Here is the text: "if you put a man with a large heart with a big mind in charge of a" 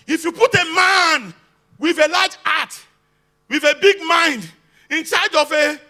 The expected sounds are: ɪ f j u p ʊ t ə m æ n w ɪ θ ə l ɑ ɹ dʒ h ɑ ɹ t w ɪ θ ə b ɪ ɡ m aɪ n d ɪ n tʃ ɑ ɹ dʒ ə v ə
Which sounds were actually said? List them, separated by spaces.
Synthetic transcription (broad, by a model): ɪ f j u p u t ə m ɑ n w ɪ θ ə l ɑ dʒ ɑ t w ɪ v ə b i ɡ m aɪ n d ɪ n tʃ ɑ dʒ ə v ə